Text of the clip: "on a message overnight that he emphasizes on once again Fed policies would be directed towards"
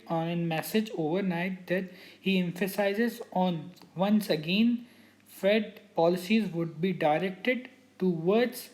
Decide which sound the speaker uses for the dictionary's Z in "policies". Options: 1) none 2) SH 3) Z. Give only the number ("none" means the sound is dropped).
3